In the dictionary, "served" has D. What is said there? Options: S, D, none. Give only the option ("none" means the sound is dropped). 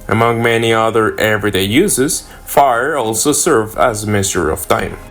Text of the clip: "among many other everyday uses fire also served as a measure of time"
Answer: none